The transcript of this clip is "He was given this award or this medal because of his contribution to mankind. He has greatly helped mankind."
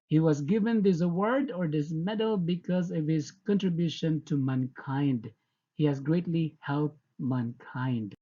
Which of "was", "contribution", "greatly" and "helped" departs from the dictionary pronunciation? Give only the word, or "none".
helped